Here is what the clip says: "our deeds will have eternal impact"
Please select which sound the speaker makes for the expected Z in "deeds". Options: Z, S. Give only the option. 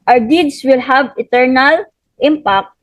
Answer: S